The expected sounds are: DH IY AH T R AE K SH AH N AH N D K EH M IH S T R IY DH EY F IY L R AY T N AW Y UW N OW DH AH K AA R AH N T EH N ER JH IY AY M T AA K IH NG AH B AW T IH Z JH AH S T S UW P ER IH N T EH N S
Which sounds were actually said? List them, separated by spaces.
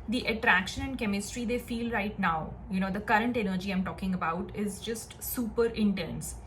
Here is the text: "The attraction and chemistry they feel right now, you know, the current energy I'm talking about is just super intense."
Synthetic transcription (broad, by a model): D IY AH T R AE K SH AH N AH N D K EH M IH S T R IY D EY F IY L R AY T N AW Y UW N OW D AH K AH R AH N T EH N ER JH IY AY M T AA K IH NG AH B AW T IH Z JH AH S T S UW P ER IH N T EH N S